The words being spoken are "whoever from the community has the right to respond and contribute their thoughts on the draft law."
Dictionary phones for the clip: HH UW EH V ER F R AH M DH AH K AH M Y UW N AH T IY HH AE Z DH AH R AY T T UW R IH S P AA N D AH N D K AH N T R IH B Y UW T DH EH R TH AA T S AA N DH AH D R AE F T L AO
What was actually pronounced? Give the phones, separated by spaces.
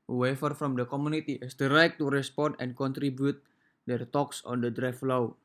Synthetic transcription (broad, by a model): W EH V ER F R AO M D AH K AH M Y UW N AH T IY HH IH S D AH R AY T T UW R IH S P AA N D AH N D K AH N T R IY B Y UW T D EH R T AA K S AA N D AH D R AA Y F L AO